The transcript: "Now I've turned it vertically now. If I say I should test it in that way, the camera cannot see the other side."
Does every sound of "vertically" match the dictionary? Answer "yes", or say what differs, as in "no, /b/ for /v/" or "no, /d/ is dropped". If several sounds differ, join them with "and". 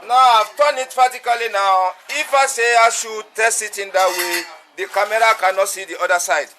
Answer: no, /f/ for /v/